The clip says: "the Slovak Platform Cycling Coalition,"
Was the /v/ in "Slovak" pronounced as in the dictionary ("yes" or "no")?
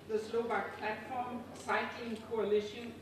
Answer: no